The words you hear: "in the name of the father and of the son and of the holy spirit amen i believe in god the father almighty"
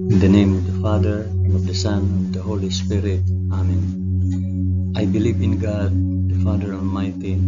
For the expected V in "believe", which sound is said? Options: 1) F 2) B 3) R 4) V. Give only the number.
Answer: 4